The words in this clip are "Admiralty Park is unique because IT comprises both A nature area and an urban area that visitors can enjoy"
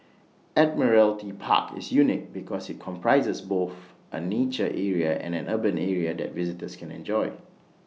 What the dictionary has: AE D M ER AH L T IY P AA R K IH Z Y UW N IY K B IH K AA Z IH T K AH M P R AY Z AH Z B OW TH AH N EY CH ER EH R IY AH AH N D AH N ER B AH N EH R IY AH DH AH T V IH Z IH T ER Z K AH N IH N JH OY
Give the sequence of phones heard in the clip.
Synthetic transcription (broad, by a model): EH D M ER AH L T IY P AA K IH S Y UW N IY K B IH K AA S IH T K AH M P R AY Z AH S B OW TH AH N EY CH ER EH R IY AH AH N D AH N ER B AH N EH R IY AH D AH T V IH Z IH T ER S K AH N IH N JH OY